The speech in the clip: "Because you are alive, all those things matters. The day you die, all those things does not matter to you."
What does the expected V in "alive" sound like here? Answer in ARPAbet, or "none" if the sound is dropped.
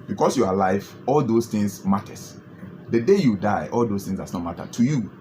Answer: F